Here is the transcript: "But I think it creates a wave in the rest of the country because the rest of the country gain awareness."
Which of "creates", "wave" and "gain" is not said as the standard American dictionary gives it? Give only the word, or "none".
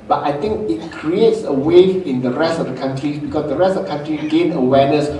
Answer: wave